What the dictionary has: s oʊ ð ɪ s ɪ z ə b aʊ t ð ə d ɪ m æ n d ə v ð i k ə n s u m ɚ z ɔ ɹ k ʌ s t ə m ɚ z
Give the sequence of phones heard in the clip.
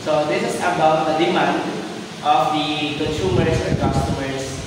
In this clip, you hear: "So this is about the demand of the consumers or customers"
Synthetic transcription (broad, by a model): s oʊ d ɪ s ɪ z ə b aʊ t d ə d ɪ m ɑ n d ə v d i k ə n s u m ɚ s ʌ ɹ k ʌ s t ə m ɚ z